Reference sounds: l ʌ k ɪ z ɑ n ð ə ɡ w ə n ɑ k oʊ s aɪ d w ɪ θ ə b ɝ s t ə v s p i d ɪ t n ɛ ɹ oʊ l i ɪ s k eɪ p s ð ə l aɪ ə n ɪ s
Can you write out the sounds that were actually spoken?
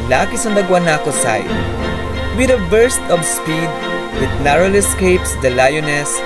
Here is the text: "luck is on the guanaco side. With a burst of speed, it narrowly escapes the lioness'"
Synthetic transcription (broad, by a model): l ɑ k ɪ s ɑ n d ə ɡ w ə n ɑ k oʊ s aɪ d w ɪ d ə b ɝ s t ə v s p i d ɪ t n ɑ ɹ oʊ l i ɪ s k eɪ p s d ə l aɪ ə n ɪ s